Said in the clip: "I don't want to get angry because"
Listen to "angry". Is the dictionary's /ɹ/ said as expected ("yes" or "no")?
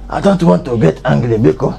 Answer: no